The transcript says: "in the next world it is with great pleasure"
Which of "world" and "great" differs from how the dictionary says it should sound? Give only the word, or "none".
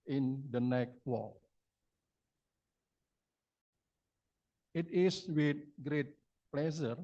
world